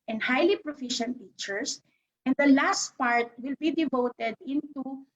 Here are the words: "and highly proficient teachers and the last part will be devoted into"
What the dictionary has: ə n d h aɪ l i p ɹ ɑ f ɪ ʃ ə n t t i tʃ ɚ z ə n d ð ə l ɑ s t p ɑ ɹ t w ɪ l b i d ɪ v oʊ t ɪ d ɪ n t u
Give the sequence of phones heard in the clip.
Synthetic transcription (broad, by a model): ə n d h aɪ l i p ɹ ɑ f ɪ ʃ ə n t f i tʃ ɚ s ə n d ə l ɑ s t p ɑ ɹ t w ɪ l b i d ɪ v oʊ t ɪ d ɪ n t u